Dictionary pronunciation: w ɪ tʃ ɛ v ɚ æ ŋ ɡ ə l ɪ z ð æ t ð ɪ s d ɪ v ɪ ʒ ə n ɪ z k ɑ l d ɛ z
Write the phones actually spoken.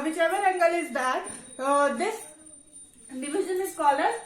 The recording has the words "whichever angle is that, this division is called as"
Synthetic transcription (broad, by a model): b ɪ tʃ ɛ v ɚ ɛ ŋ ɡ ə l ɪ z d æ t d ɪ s d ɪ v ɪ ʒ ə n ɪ s k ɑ l ʌ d